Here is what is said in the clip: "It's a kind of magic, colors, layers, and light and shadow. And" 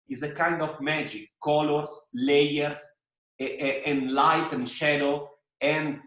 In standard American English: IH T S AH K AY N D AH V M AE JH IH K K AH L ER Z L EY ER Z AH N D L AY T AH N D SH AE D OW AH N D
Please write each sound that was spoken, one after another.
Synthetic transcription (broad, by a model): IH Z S AH K AY N D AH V M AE JH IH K K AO L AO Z L EY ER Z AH N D L AY T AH N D SH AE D OW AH N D